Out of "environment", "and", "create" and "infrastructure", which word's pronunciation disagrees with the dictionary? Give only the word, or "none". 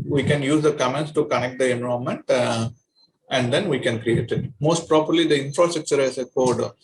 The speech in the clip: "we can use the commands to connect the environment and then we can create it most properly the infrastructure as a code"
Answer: environment